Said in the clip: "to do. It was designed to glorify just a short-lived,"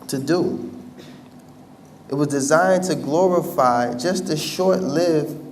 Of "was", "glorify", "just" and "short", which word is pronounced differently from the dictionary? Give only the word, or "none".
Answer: none